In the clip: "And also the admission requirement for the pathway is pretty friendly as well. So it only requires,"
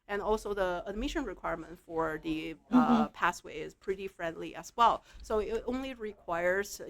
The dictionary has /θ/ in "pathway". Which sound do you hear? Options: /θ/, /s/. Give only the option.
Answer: /s/